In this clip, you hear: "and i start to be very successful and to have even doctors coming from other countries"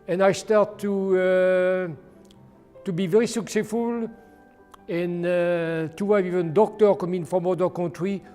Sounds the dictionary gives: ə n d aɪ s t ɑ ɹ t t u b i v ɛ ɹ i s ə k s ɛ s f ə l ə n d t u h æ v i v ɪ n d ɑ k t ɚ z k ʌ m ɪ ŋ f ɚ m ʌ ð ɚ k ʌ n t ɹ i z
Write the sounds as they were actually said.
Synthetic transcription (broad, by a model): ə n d aɪ s t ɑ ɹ t t u b i v ɛ ɹ i s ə k s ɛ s f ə l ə n t u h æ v i v ɪ n d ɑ k t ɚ k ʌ m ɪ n f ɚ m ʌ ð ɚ k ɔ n t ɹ i